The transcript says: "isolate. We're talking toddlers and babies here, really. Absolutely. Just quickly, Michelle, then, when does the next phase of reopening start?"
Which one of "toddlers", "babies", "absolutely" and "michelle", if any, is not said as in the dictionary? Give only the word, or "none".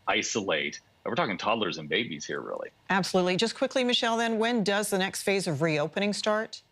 none